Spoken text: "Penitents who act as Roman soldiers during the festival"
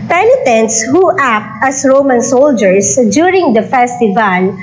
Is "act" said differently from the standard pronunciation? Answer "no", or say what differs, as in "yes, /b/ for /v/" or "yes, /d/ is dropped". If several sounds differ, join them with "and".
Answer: no